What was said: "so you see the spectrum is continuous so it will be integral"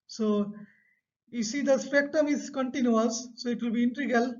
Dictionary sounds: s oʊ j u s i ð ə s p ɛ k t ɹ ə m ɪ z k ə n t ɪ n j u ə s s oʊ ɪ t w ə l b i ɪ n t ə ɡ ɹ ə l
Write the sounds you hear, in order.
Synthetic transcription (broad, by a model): s oʊ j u s i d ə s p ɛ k t ə m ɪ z k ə n t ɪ n j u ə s s oʊ ɪ t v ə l b i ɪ n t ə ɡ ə l